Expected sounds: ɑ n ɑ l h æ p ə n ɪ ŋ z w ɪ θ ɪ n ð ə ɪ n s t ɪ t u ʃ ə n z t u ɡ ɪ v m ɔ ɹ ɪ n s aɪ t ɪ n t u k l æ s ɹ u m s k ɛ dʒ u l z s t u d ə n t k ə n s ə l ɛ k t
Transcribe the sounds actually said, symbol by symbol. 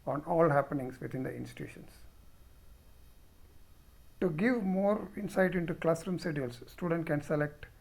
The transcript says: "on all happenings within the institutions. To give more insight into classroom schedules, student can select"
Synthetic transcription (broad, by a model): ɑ n ɑ l h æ p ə n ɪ ŋ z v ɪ t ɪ n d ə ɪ n s t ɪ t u ʃ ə n s t u ɡ ɪ v m ɔ ɹ ɪ n s aɪ t ɪ n t u k l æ s ɹ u m s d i u l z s t u d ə n t k ə n s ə l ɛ k t